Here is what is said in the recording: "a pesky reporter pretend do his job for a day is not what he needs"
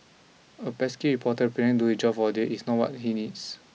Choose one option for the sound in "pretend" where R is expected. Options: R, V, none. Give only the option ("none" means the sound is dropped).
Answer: none